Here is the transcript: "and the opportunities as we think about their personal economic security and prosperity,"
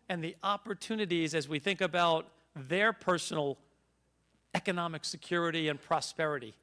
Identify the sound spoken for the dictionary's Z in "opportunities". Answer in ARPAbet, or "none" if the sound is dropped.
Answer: Z